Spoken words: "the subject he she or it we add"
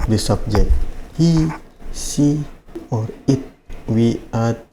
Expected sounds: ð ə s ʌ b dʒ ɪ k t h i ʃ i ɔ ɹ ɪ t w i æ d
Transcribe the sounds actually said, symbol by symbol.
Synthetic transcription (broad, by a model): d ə s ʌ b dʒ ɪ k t h i s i ɔ ɹ ɪ t w i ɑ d